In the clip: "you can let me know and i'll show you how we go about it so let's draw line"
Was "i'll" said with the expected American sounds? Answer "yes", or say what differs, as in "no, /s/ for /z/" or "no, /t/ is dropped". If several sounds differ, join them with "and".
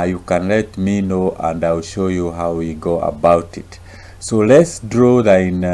yes